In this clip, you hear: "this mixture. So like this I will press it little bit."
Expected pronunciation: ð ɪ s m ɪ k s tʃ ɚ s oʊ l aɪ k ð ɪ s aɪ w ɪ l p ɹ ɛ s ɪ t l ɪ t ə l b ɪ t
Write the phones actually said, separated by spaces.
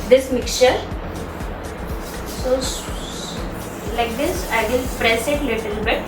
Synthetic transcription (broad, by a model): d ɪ s m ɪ k tʃ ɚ s oʊ l aɪ k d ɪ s aɪ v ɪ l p ɹ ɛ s ɪ t l ɪ t ə l b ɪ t